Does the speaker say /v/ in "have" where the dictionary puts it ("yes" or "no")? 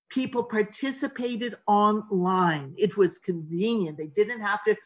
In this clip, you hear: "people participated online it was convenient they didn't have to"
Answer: no